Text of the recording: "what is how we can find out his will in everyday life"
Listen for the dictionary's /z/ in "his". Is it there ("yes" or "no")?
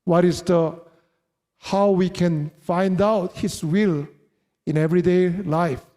no